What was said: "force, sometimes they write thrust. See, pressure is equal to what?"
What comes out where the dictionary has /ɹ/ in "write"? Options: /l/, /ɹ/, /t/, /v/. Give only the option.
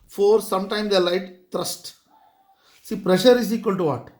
/l/